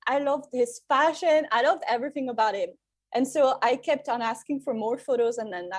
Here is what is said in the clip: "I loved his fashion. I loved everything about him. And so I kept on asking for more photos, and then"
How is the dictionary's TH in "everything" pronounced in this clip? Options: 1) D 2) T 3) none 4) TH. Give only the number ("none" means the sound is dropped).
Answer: 4